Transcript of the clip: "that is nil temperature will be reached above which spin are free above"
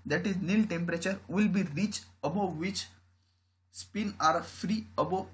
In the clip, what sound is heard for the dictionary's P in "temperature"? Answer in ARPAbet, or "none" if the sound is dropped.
P